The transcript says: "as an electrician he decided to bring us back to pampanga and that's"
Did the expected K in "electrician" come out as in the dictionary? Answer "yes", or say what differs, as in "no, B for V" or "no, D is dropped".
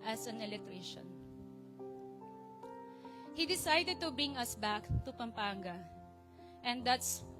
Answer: no, K is dropped